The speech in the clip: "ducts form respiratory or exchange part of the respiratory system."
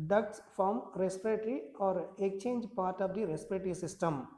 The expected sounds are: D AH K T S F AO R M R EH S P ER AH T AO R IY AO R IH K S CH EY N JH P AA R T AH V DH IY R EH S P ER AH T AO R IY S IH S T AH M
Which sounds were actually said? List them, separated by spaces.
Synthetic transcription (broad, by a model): D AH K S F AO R M R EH S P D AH T R IY AO R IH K CH EY N JH P AA R T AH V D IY R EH S P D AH T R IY S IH S T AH M